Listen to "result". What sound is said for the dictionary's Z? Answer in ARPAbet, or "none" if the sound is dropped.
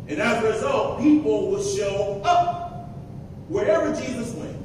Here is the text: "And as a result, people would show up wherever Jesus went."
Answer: Z